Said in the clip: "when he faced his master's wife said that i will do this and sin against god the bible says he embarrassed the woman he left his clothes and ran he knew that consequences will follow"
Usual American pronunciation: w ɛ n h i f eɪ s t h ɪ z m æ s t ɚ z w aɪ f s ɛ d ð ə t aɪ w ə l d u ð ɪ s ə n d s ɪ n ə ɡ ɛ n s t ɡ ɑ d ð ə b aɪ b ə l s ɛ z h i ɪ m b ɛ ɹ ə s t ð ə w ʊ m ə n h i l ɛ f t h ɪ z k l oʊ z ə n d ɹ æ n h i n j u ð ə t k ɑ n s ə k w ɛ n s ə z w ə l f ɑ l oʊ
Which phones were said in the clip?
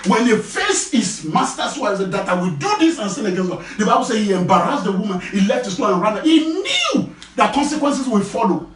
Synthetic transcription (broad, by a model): w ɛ n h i f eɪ s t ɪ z m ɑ s t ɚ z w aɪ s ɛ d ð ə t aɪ w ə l d u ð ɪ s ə n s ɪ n ə ɡ ɛ n s t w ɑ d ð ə b aɪ b ə l s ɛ h i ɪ m b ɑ ɹ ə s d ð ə w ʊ m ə n h i l ɛ f t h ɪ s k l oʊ ə n ɹ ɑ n h i n j u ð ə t k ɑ n s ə k w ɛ n s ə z w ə f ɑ l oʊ